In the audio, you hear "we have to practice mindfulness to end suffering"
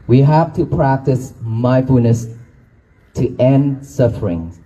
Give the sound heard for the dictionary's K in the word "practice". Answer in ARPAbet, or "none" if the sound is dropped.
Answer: K